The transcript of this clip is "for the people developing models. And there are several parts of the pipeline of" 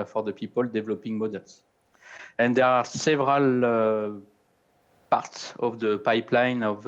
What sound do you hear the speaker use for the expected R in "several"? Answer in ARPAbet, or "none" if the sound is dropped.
R